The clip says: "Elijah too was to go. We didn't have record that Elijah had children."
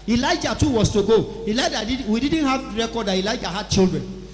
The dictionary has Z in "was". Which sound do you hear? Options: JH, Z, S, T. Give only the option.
S